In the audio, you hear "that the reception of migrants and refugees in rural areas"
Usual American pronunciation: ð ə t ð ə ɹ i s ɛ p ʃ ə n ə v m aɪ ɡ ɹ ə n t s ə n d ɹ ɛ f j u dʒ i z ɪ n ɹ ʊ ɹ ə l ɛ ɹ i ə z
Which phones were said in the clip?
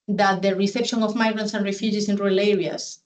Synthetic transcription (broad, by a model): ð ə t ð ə ɹ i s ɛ p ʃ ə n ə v m aɪ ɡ ɹ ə n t s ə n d ɹ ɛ f j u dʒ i s ɪ n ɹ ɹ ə l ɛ ɹ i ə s